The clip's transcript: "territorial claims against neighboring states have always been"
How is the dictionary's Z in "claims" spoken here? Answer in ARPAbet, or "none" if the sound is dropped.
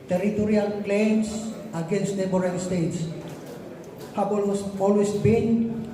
S